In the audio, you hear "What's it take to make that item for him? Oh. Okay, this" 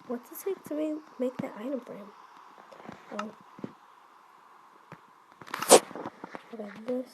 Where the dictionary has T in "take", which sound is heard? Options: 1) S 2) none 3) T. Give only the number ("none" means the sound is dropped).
1